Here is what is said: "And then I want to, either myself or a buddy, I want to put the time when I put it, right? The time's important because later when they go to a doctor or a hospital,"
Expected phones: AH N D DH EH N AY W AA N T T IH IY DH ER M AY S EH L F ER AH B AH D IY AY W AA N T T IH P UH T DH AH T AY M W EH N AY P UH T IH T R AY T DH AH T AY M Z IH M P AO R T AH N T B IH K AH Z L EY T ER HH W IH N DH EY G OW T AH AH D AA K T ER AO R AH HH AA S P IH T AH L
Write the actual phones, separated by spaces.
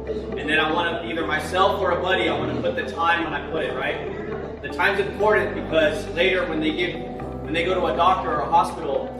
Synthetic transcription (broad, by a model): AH N DH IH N AY W AA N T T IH IY DH ER M AY S EH L F ER AH B AH D IY AY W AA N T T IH P UH T DH AH T AY M W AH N AY P UH T IH T R AY T DH AH T AY M Z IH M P AO R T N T B IH K AH Z L EY T ER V W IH N DH EY G OW T AH AH D AA K T ER R AH HH AA S P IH T L